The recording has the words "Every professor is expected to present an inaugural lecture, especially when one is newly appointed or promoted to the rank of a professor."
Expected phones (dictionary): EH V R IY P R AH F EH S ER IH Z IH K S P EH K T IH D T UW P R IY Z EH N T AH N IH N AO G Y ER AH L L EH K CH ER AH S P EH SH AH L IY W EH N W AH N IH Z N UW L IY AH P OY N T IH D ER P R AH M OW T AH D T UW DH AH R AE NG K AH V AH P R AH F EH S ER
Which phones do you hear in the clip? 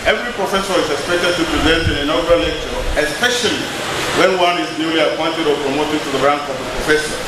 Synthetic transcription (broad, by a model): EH V R IY P R AH F EH S ER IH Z IH K S P EH K T IH D T UW P R IY Z EH N T AH N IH N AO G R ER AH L L EH K CH ER AH S P EH SH AH L IY W EH N W AH N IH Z N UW L IY AH P OY N T IH D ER P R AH M OW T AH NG T UW DH AH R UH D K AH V AH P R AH F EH S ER